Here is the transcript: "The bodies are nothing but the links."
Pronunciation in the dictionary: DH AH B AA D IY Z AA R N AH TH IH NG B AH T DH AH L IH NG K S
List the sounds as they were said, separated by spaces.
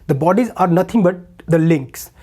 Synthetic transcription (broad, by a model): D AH B AA D IY Z AA R N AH T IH NG B AH T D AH L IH NG K S